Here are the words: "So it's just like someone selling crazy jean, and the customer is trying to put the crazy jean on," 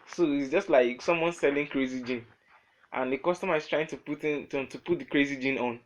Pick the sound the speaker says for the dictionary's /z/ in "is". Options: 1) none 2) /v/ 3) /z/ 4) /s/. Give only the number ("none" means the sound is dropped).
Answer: 4